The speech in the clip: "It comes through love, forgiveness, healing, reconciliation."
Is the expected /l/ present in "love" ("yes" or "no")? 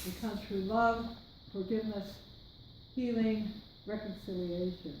yes